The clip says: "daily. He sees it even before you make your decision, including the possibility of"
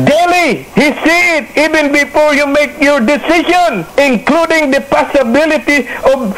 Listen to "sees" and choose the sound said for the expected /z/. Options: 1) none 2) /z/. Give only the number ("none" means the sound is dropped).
1